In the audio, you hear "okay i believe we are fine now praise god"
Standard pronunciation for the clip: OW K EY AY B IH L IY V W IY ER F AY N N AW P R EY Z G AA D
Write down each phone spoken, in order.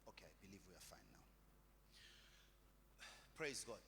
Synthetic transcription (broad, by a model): OW K EY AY B IH L IY V W IY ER F AY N N AW P R EY Z G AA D